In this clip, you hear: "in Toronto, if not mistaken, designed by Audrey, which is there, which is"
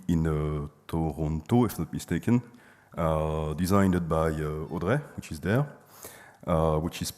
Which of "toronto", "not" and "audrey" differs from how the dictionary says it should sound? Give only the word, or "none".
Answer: none